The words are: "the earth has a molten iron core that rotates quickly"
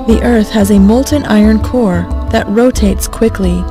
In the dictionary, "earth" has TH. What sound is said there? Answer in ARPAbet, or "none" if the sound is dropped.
TH